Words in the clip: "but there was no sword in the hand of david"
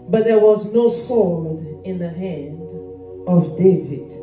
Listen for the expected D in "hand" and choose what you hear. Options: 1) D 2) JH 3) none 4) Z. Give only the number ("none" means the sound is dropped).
1